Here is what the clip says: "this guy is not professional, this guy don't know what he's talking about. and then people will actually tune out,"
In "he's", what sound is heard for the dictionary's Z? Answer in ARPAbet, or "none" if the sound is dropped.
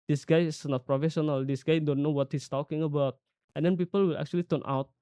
S